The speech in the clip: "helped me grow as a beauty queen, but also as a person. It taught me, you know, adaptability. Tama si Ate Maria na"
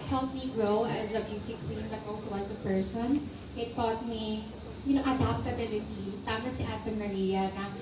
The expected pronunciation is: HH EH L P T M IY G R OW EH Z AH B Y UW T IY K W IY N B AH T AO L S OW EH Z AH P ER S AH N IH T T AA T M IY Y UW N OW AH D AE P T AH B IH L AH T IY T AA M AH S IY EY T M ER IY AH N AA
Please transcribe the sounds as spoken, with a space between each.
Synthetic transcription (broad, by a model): HH EH L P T M IY G R OW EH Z AH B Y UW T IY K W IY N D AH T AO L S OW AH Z AH P ER S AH N IH T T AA T M IY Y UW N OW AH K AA T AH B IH L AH T IY T AA M AH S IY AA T M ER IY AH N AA